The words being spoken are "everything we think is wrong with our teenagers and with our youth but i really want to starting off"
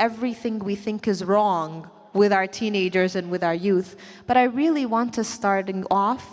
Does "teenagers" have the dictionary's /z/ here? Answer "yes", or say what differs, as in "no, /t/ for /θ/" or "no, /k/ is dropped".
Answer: yes